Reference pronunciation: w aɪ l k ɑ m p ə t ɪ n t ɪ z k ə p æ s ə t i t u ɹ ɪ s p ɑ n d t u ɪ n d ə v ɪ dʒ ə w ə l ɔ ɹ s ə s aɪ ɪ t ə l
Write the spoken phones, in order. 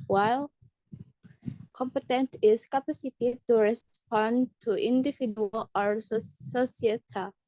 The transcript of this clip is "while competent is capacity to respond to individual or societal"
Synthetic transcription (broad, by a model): w aɪ l k ɑ m p ə t ɪ n t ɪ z k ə p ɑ s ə t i t u ɹ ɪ s p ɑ n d t u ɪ n d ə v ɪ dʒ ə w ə l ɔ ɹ s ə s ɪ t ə